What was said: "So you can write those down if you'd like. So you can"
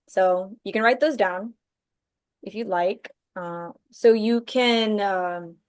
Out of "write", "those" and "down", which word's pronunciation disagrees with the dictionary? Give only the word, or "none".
none